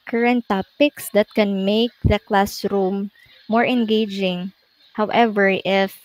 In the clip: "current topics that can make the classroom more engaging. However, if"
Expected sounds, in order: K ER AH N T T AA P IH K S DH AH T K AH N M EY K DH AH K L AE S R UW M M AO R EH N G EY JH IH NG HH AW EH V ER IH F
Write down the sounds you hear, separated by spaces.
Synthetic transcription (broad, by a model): K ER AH N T T AA P IH K S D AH T K AH N M EY K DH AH K L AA S R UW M M AO R EH N G EY JH IH NG HH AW EH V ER IH F